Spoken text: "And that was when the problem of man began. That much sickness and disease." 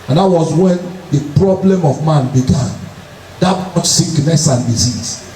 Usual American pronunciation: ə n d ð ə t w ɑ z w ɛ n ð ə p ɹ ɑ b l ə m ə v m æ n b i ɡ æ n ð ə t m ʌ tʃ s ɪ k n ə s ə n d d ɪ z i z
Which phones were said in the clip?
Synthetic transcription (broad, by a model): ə n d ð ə t w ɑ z w ɛ n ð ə p ɹ ɑ b l ə m ə v m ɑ n b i ɡ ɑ n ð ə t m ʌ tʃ s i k n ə s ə n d d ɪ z i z